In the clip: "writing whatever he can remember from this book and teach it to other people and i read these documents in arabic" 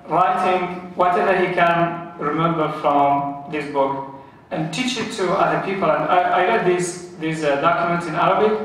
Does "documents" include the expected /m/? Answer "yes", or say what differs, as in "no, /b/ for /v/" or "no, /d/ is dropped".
yes